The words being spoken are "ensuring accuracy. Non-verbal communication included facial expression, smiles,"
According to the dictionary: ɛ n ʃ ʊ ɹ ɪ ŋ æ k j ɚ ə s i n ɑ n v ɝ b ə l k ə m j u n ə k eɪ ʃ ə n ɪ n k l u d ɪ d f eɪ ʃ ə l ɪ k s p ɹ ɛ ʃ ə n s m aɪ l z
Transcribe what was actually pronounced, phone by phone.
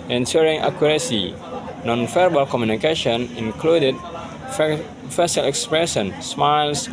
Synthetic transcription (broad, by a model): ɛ n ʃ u ɹ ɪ ŋ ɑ k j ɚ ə s i n ɑ n f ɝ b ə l k ə m j u n ə k eɪ ʃ ə n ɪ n k l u d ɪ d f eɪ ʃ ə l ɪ k s p ɹ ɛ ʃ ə n s m aɪ l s